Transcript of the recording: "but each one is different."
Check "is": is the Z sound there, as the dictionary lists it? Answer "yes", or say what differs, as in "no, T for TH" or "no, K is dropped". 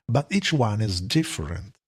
yes